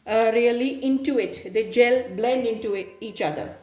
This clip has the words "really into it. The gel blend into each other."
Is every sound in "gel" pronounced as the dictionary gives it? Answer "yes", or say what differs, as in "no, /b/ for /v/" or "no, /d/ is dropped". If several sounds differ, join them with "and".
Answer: yes